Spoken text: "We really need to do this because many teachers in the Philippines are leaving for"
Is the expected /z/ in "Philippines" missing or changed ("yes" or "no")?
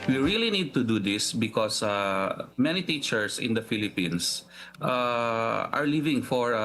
yes